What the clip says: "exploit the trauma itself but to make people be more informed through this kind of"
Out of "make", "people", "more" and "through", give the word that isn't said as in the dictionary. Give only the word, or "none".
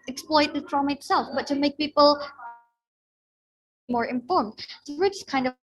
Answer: through